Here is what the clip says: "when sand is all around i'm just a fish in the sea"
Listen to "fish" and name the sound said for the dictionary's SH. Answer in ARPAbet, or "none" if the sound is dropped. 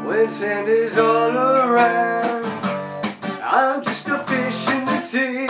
SH